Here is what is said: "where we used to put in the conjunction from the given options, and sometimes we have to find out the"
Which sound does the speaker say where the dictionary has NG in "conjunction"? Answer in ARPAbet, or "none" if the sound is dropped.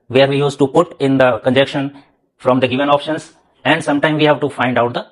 none